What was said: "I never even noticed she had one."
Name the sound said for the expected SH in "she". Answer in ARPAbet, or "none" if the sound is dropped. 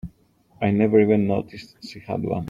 S